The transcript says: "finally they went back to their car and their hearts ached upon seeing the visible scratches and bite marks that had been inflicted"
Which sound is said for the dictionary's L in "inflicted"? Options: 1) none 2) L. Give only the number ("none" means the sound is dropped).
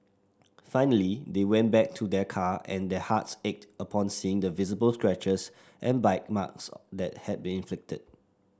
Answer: 2